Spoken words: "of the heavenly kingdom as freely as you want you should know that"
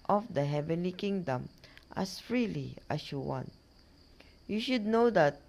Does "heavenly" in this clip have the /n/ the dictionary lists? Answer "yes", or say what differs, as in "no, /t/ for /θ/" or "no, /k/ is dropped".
yes